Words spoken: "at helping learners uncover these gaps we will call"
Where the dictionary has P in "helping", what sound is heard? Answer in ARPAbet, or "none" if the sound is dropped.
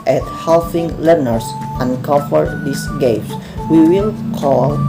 F